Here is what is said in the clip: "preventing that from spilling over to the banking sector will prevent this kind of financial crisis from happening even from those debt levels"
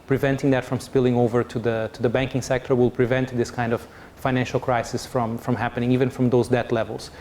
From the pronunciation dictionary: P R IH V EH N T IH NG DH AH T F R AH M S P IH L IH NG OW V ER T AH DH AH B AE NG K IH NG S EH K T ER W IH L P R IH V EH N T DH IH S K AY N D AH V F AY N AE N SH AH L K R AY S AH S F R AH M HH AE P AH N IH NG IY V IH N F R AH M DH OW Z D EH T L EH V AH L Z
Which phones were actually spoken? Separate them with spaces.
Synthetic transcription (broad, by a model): P R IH V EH N T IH NG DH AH T F R AH M S P IH L IH NG OW V ER T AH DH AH B AE NG K IH NG S EH K T ER W IH L P R IH V EH N T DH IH S K AY N D AH V F AY N AE N SH AH L K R AY S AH S F R AH M HH AE P AH N IH NG IY V IH N F R AH M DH OW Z D EH T L EH V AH L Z